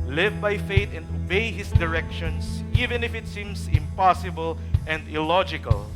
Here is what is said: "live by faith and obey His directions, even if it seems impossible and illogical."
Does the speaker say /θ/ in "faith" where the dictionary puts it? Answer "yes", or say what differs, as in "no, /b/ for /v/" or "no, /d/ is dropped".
no, /t/ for /θ/